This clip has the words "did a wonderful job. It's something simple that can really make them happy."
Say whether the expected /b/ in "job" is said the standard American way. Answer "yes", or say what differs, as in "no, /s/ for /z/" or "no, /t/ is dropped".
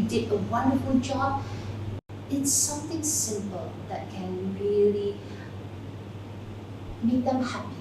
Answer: no, /b/ is dropped